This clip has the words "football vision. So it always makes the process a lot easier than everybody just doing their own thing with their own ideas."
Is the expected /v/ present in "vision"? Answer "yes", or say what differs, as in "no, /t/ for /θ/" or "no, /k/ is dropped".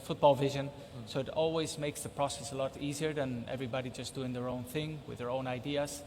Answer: yes